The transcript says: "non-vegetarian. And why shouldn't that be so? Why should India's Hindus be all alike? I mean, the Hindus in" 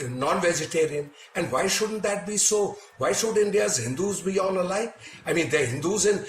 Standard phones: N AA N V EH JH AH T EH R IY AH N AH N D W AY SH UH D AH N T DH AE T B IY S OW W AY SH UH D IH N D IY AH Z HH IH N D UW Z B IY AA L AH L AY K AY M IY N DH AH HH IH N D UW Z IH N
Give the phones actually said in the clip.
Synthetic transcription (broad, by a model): N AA N V EH JH AH T EH R IY AH N AH N D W AY SH UH D AH N T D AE T B IY S OW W AY SH UH D IH N D IY AH Z HH IH N D UW Z B IY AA N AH L AY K AY M IY N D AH HH IH N D UW Z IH N